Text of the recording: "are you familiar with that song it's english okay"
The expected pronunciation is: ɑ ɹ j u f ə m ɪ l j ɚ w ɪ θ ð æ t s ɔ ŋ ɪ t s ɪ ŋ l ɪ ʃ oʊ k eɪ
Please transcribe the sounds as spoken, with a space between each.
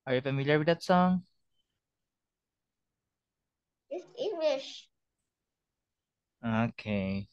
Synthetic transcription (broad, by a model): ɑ ɹ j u f ə m ɪ l j ɚ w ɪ ð æ t s ɔ ŋ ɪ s ɪ ŋ l ɪ ʃ oʊ k eɪ